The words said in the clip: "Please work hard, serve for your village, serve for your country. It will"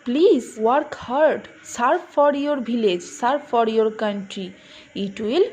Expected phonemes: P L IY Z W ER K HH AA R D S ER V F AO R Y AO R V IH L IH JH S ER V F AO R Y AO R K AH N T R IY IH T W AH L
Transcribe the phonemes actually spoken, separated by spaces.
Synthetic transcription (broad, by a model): P L IY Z W ER K HH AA R D S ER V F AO R Y AO R B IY L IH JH S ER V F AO R Y AO R K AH N T R IY IH T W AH L